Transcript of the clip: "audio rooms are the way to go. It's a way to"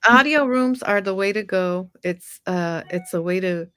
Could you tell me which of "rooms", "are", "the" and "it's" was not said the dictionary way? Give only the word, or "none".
none